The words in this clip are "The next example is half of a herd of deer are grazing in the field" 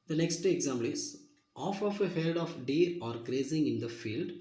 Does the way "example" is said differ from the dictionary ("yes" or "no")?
yes